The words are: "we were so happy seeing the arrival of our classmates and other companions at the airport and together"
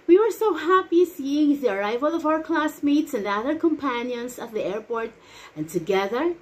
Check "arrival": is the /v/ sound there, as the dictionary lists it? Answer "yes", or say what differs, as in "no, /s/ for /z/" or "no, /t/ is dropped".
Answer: yes